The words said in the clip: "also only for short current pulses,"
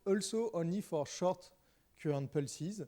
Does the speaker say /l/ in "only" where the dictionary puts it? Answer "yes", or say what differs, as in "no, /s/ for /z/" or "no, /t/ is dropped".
no, /l/ is dropped